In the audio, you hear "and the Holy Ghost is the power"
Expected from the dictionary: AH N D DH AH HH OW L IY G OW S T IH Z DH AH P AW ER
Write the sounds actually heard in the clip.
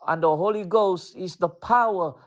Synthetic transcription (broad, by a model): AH N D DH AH HH OW L IY G OW S T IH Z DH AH P AW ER